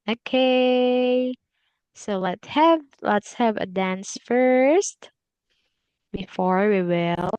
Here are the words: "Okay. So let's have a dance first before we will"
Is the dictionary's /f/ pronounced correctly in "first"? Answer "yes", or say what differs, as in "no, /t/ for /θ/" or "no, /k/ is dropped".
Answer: yes